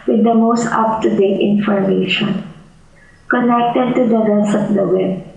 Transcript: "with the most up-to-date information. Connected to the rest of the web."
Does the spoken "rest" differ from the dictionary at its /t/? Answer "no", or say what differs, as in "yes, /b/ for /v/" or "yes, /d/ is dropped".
yes, /t/ is dropped